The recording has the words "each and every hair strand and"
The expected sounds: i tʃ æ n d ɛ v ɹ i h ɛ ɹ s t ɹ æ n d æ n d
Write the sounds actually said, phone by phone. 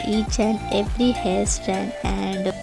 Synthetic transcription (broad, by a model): i tʃ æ n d ɛ v ɹ i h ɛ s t æ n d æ n d